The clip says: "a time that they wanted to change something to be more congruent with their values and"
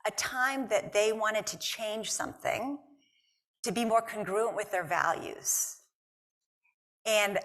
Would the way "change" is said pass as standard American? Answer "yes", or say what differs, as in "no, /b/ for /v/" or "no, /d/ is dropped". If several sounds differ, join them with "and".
no, /ʒ/ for /dʒ/